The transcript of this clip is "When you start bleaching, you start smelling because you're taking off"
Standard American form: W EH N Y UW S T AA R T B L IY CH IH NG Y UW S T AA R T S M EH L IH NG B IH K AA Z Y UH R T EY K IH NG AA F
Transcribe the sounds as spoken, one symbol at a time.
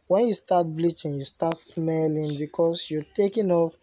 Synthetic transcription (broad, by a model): W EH N Y UW S T AA T B L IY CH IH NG Y UW S T AA T S M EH L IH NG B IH K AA S Y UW T EY K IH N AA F